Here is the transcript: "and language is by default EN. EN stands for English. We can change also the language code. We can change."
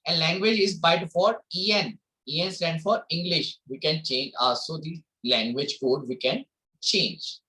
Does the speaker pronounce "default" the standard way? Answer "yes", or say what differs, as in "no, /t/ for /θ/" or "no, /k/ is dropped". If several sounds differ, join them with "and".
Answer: no, /l/ is dropped